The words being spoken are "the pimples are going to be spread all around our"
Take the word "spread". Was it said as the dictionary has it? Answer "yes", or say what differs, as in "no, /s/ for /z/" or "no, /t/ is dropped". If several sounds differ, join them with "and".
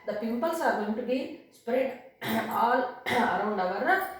yes